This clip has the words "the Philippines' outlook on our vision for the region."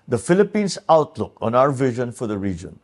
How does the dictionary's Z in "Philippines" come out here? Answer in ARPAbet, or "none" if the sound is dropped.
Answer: S